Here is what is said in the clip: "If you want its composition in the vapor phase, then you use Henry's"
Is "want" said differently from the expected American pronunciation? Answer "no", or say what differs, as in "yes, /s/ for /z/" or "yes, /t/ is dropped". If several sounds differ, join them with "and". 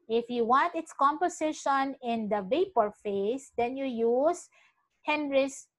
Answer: no